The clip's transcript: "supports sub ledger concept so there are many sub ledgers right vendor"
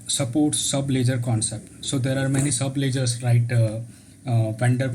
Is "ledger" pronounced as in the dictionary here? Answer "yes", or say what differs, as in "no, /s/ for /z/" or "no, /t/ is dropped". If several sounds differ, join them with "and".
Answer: yes